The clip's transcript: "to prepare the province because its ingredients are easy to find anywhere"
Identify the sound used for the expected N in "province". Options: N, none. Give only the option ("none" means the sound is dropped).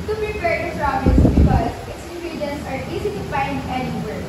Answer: none